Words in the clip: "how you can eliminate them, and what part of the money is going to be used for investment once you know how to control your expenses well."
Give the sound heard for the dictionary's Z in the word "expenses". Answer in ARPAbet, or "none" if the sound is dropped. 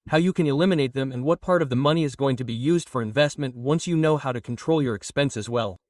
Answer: Z